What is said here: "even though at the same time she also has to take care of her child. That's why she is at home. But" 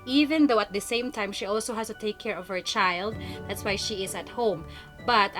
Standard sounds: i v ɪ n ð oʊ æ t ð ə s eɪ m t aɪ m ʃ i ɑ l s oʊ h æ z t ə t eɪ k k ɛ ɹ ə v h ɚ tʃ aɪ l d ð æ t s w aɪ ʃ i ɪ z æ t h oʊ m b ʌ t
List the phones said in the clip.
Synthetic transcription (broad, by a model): i v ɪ n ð oʊ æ t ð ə s eɪ m t aɪ m ʃ i ɑ l s oʊ h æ s t ə t eɪ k k ɛ ɹ ə v h ɚ tʃ aɪ l d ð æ t s w aɪ ʃ i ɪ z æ t h oʊ m b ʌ t